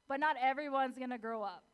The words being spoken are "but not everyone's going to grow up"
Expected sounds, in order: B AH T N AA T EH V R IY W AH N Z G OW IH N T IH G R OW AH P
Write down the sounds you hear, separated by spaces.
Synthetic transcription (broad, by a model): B AH T N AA T EH V R IY W AH N Z G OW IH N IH G R OW AH P